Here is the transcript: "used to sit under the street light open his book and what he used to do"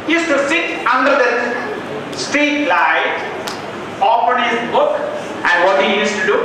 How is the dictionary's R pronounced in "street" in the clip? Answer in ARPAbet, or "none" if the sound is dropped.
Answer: none